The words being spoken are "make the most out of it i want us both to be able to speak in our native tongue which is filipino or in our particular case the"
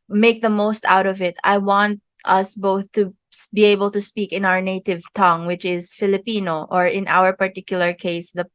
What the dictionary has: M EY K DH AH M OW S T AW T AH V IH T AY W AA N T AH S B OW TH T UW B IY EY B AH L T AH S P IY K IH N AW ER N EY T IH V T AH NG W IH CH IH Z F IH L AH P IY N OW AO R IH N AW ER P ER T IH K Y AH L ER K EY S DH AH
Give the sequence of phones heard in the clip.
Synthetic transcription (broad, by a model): M EY K DH AH M OW S T AW T AH V IH T AY W AA N T AH S B OW TH T UW B IY EY B AH L T AH S P IY K IH N AW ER N EY T IH V T AH NG W IH CH IH Z F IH L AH P IY N OW AO R IH N AW ER P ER T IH K Y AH L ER K EY S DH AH